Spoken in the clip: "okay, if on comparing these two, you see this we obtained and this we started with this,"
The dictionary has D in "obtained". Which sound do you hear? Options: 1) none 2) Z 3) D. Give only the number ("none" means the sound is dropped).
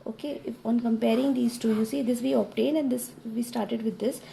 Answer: 1